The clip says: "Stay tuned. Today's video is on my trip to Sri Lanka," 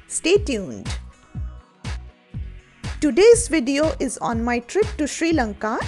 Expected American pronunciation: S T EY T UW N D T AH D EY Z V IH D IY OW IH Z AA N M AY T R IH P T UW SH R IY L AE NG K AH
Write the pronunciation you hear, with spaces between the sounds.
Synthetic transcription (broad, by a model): S T EY T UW N D T AH D EY Z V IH D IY OW IH Z AA N M AY T R IH P T UW SH R IY L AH NG K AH